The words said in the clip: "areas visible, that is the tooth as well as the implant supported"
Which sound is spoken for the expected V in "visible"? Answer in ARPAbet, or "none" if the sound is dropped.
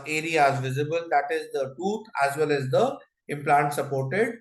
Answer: V